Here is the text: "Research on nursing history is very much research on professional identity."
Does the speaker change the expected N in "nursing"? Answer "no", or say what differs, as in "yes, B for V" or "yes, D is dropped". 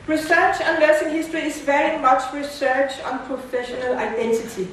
yes, L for N